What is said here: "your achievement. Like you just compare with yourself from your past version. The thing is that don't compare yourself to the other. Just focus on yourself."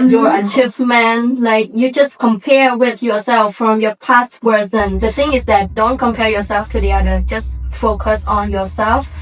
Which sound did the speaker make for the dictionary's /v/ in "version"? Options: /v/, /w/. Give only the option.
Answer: /w/